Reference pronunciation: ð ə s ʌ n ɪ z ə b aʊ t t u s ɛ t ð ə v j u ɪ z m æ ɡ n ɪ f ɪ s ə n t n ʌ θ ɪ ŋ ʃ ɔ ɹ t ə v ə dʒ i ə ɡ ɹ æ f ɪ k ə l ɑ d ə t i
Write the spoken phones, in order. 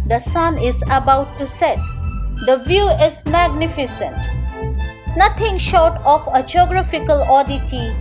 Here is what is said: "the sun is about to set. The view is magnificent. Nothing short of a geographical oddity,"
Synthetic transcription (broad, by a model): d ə s ʌ n ɪ z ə b aʊ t t u s ɛ t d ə v j u ɪ z m æ ɡ n ɪ f ɪ s ə n t n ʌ t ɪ ŋ ʃ ɔ ɹ t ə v ə dʒ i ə ɡ ɹ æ f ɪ k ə l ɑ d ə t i